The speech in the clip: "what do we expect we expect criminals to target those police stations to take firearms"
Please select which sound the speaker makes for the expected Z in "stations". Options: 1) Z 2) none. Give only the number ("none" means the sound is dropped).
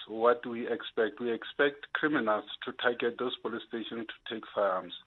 2